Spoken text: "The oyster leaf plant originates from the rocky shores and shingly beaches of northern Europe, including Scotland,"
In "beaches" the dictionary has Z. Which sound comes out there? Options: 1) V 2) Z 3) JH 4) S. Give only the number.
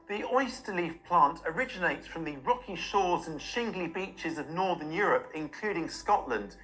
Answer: 2